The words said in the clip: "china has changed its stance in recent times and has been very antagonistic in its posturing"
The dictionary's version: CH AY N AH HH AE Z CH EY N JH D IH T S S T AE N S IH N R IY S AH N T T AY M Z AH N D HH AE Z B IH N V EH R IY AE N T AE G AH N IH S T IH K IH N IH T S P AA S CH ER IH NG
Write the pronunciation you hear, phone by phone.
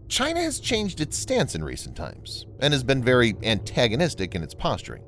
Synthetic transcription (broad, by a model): CH AY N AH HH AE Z CH EY N JH D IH T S S T AE N S IH N R IY S N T T AY M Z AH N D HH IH Z B IH N V EH R IY AE N T AE G AH N IH S T IH K IH N IH T S P AA S CH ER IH NG